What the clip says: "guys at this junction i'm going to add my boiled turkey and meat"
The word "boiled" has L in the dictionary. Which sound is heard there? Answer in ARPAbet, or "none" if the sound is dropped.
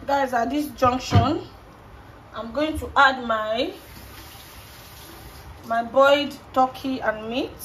none